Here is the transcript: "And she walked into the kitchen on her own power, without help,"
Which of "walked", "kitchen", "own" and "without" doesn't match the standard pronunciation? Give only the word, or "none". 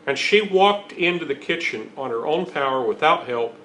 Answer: none